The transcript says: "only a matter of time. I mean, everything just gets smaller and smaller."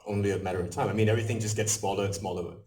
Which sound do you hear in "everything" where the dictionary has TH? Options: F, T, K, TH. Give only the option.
TH